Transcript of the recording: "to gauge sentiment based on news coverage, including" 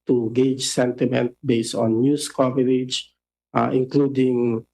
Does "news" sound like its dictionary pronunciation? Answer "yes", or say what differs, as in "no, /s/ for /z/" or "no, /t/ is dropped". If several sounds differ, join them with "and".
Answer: no, /s/ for /z/